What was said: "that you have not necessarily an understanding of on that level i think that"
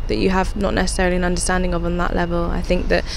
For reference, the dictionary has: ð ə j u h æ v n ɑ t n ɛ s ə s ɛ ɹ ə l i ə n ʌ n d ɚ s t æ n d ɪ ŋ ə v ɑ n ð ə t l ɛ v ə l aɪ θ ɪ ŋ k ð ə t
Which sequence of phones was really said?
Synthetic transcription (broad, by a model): ð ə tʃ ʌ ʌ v n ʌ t n ɛ s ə s ɛ ɹ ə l i ə n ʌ n d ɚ s t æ n d ɪ ŋ ə v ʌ n ð ə t l ɛ v ə l aɪ θ ɪ ŋ k ð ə t